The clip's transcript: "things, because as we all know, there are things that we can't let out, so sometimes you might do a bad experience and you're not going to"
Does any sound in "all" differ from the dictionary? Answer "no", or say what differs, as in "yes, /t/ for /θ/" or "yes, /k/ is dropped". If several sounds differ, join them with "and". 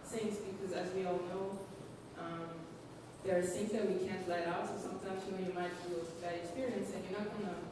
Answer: no